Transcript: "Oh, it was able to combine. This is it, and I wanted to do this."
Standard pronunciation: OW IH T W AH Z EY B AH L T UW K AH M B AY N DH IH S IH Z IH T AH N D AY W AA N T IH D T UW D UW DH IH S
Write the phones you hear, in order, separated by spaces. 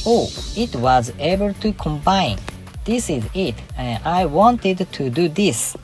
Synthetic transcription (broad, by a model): OW IH T W AH Z EY B AH L T UW K AH M B AY N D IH S IH Z IH T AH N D AY W AA N T IH D T UW D UW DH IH S